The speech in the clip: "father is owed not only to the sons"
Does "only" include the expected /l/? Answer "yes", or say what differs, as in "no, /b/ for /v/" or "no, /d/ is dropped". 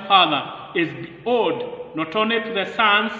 no, /l/ is dropped